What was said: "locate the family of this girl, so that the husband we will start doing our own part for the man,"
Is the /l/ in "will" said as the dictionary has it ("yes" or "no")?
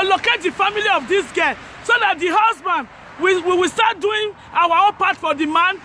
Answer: no